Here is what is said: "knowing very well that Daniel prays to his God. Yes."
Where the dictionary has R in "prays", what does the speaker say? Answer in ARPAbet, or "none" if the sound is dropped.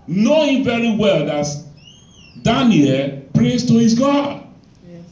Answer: R